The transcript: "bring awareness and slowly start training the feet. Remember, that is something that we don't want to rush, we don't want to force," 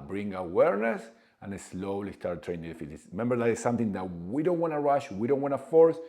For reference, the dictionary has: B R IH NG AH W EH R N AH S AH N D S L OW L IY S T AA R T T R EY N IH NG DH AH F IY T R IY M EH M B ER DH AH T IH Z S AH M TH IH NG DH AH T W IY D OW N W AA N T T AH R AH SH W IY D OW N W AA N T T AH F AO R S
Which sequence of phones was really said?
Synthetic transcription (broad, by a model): B R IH NG AH W EH R N AH S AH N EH S L OW L IY S T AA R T T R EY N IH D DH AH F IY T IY M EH M B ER DH AH T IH S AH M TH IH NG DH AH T W IY D OW N W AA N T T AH R AH SH W IY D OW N W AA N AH F AO R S